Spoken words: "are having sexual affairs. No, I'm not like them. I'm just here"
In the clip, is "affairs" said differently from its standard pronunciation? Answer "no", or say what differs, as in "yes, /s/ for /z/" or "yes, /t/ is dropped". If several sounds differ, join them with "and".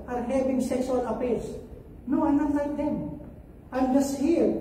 yes, /p/ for /f/ and /s/ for /z/